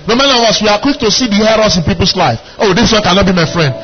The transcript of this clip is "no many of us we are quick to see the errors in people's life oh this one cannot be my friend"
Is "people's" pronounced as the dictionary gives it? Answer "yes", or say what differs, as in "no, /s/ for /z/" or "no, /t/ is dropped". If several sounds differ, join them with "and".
no, /s/ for /z/